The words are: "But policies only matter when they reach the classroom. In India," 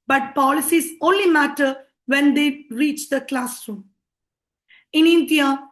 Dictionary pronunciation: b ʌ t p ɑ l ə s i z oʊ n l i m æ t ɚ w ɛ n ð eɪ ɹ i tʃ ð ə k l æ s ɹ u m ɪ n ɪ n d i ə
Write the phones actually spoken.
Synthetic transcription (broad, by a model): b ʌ t p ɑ l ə s i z oʊ n l i m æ t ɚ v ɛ n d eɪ ɹ i tʃ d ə k l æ s ɹ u m ɪ n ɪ n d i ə